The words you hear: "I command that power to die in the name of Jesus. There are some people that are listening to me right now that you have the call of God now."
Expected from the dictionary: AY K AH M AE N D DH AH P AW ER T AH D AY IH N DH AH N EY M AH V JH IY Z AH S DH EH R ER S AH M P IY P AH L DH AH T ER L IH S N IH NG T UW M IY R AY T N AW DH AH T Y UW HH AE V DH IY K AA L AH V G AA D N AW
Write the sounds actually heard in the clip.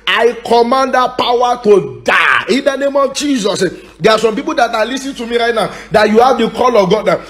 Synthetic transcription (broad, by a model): AY K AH M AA N D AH P AW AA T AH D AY IH N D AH N EY M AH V JH IY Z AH S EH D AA S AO M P IY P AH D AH T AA L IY S IH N T UW M IY R AY T N AW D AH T Y UW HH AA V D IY K AA L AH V G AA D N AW